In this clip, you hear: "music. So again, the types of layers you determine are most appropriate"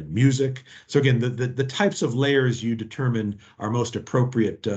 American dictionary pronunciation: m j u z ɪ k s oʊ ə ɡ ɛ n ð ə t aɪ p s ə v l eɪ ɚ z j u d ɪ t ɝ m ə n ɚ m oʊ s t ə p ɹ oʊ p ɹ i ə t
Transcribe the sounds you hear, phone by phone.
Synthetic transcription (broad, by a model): m j u z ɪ k s oʊ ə ɡ ɛ n ð ə t aɪ p s ə v l eɪ ɚ z j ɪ d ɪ t ɝ m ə n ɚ m oʊ s t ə p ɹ oʊ p ɹ i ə t